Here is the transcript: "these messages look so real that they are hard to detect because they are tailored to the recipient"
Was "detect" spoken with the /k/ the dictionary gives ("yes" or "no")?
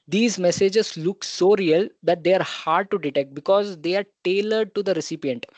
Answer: yes